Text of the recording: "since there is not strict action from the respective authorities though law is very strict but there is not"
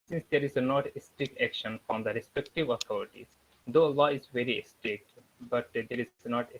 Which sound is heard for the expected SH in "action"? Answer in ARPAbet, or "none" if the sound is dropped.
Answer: SH